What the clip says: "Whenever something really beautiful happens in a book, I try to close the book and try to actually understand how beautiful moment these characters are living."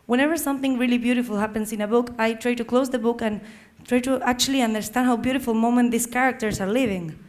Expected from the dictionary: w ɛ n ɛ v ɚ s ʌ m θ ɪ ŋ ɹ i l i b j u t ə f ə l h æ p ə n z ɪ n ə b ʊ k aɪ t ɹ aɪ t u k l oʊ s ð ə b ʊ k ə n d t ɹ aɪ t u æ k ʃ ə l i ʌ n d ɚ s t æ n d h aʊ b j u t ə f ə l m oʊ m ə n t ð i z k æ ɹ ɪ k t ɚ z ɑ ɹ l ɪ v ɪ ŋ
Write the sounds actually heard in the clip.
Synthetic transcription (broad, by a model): w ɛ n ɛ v ɚ s ʌ m θ ɪ ŋ ɹ i l i b j u t ə f ə l h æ p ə n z ɪ n ə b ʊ k aɪ t ɹ aɪ t u k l oʊ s ð ə b ʊ k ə n t ɹ aɪ t u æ k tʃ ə l i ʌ n d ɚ s t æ n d h aʊ b j u t ə f ə l m oʊ m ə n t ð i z k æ ɹ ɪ k t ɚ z ɑ ɹ l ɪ v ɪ ŋ